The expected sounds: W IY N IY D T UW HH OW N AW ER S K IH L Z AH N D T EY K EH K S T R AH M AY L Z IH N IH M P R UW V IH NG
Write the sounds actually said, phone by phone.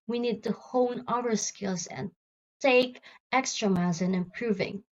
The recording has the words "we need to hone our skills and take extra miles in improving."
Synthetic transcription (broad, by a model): W IY N IY D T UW HH OW N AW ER S K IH L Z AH N T EY K EH K S T R AH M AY Z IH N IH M P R UW V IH NG